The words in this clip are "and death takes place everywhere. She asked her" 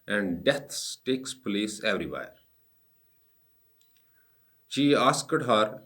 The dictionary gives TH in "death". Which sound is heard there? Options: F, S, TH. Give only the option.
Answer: S